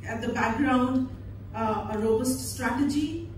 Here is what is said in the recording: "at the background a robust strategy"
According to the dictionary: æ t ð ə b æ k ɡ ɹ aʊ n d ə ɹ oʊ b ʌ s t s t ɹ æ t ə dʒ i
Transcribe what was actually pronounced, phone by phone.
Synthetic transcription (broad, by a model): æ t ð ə b æ k ɡ ɹ aʊ n d ə ɹ oʊ b ʌ s t s t ɹ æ t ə dʒ i